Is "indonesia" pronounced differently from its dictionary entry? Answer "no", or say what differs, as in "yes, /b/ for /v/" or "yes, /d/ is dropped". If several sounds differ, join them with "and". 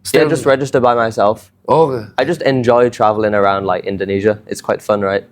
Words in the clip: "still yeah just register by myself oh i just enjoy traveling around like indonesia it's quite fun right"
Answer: no